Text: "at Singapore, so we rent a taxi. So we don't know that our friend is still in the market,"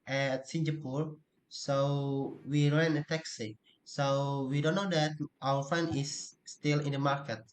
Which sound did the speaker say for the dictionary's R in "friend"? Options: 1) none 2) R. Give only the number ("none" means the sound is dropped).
1